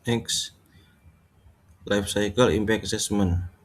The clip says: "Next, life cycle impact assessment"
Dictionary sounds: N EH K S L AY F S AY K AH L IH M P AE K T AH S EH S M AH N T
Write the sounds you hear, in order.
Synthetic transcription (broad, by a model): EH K S L AY F S AY K AH L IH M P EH K AH S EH S M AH N